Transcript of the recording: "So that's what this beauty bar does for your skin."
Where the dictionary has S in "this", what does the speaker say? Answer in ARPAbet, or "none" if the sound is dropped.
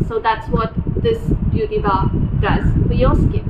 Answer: S